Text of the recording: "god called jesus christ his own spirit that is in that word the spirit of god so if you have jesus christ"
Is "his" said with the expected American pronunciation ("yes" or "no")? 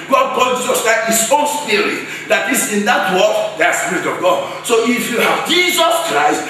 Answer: no